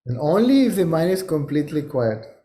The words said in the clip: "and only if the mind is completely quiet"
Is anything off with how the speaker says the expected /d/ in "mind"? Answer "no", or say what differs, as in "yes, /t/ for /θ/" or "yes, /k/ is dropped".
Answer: yes, /d/ is dropped